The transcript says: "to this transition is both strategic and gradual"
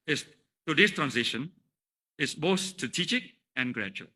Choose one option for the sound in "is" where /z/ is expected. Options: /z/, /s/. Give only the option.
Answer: /s/